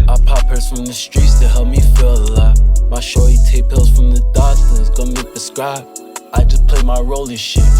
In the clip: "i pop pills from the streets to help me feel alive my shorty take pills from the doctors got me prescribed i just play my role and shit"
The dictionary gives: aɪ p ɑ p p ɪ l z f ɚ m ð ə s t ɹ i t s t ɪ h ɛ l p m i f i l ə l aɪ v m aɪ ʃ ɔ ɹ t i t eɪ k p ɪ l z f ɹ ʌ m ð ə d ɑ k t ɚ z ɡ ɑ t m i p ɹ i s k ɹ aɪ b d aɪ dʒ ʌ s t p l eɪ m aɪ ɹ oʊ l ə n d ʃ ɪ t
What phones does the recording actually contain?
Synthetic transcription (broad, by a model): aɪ p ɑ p p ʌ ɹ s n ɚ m ð ə s t ɹ i t s t ɪ h ɛ l p m i f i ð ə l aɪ m aɪ ʃ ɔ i t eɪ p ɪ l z f ɹ ʌ m ð ə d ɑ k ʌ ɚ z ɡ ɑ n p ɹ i s k ɹ aɪ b aɪ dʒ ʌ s p l eɪ m aɪ ɹ oʊ l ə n ʃ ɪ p